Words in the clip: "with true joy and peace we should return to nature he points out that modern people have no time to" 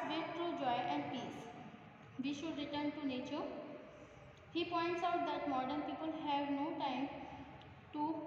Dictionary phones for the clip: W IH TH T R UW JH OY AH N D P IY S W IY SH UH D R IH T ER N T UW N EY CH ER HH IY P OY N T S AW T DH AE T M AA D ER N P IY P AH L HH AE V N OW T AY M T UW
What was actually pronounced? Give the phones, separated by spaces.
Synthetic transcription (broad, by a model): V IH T T R UW JH OY AH N D P IY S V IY SH UH D R IH T ER N T UW N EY CH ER HH IY P OY N T S AW T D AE T M AA D ER N P IY P AH L HH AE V N OW T AY M T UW